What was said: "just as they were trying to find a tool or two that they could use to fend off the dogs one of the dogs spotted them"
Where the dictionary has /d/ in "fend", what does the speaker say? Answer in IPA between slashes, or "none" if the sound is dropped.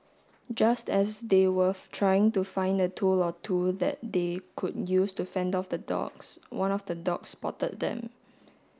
/d/